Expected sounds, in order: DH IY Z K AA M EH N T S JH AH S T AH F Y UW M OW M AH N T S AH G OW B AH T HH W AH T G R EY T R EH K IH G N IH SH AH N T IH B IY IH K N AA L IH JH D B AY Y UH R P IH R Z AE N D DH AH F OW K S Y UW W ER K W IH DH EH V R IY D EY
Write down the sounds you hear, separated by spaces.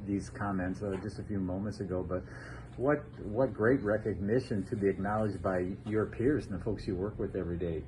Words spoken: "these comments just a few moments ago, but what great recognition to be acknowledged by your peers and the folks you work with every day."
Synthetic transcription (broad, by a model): DH IY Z K AA M EH N T S JH AH S T AH F Y UW M OW M AH N T S AH G OW B AH T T W AH T G R EY T R EH K IH G N IH SH AH N T IH B IY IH K N AA L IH JH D B AY Y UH R P IH R Z N DH AH F OW K S Y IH W ER K W IH DH EH V R IY D EY